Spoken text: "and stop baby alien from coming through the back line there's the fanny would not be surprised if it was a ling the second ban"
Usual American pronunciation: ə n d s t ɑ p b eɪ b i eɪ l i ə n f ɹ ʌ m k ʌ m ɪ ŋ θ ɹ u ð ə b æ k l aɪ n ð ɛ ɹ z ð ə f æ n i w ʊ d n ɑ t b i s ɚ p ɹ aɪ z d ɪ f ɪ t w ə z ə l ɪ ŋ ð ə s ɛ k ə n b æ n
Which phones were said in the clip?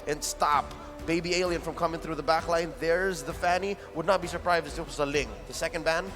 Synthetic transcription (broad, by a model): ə n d s t ɑ p b eɪ b i eɪ l i ə n f ɹ ʌ m k ʌ m ɪ ŋ θ ɹ u ð ə b æ k l aɪ n ð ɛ ɹ z ð ə f æ n i w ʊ d n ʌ t b i s ɚ p ɹ aɪ z d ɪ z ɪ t w ə z ə l ɪ ŋ ð ə s ɛ k ə n b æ n